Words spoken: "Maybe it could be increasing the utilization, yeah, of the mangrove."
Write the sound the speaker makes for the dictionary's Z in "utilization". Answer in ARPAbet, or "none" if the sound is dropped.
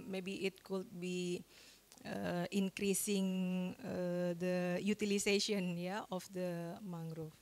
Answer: S